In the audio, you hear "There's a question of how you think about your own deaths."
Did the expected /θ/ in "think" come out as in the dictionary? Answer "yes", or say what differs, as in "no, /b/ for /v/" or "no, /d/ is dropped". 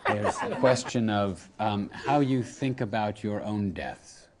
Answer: yes